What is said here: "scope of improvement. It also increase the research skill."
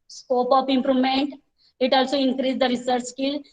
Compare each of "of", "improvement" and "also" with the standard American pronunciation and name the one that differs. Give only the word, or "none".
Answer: of